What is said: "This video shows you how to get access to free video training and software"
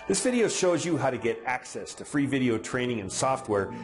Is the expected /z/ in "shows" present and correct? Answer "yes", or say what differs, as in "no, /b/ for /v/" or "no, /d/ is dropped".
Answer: yes